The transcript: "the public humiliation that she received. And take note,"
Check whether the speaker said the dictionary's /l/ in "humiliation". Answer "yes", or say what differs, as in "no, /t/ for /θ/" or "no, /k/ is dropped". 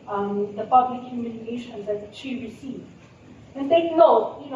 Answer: no, /n/ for /l/